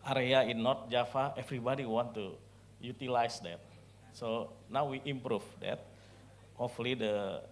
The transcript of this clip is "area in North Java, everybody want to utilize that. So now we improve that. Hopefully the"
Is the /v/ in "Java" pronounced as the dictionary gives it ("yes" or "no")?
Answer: no